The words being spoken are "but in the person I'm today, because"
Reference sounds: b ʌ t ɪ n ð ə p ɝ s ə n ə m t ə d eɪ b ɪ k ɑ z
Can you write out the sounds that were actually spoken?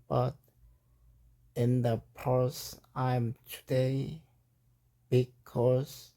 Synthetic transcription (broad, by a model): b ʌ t ɪ n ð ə p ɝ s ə ə m t ə d eɪ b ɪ k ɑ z